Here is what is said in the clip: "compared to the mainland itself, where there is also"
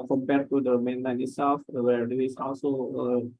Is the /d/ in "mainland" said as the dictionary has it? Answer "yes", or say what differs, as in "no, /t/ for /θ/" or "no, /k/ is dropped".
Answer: no, /d/ is dropped